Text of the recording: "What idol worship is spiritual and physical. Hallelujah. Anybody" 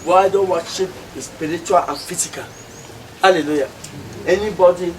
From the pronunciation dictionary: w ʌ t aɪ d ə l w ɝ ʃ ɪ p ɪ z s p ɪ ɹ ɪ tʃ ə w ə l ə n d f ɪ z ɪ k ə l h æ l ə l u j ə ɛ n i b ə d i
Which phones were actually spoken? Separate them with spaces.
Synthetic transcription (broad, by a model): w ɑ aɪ d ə n w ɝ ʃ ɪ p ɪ s p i ɹ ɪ tʃ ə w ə l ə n f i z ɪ k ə l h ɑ l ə l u j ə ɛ n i b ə d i